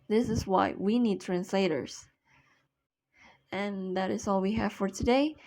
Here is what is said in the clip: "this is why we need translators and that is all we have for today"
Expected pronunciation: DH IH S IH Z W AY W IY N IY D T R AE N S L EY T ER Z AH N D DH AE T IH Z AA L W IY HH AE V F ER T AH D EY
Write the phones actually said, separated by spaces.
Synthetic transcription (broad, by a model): DH IH S IH Z W AY W IY N IY D T R AE N S L EY T ER Z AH N DH AE T IH Z AA L W IY HH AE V F ER T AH D EY